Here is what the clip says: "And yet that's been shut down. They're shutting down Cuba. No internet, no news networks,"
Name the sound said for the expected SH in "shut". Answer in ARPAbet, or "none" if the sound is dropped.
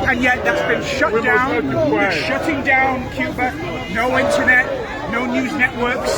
SH